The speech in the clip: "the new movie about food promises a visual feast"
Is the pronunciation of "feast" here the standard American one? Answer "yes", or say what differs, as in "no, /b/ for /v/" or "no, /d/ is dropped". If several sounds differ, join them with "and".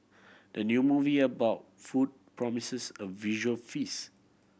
no, /t/ is dropped